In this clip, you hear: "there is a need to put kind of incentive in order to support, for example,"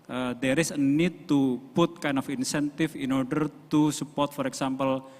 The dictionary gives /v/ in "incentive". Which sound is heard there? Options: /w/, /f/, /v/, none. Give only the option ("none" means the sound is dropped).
/f/